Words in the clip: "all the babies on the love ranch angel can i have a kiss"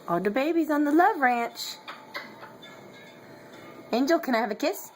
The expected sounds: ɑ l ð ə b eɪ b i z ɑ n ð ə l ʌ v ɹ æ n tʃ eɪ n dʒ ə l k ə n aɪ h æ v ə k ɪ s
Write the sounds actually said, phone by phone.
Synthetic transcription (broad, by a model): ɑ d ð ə b eɪ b i z n ð ə l ʌ v ɹ æ n tʃ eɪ n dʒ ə l k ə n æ v ə k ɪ s